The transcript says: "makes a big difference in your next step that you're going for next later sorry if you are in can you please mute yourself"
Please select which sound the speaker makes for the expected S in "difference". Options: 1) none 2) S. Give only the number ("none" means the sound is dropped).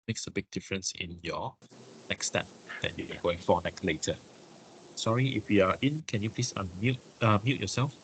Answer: 2